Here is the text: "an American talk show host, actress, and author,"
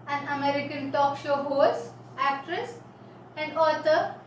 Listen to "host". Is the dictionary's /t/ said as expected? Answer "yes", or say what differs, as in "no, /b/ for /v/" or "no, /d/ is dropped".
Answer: no, /t/ is dropped